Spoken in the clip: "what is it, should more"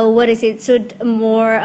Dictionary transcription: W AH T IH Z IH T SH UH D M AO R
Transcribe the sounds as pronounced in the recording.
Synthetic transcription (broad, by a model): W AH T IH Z IH T S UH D M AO R